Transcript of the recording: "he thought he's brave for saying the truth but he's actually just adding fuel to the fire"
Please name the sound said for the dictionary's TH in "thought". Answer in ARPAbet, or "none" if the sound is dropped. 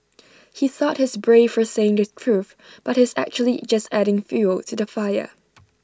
TH